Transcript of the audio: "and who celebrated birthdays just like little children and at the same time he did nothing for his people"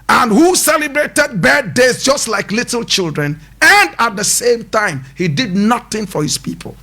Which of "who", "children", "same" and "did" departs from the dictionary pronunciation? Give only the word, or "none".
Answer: none